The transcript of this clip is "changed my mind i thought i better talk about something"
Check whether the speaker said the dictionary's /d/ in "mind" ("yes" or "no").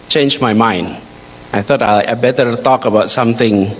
yes